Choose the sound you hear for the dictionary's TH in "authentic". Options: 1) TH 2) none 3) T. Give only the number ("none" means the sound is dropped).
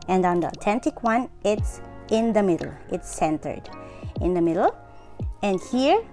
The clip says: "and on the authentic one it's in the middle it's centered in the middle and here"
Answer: 3